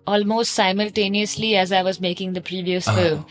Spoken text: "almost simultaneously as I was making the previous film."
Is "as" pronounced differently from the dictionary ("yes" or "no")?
no